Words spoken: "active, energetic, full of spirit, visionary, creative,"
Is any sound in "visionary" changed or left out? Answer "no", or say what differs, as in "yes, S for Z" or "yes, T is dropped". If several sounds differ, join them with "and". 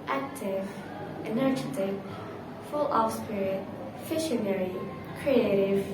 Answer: yes, SH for ZH